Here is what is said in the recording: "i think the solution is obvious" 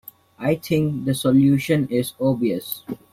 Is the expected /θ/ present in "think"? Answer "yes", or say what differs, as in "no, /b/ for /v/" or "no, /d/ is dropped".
no, /t/ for /θ/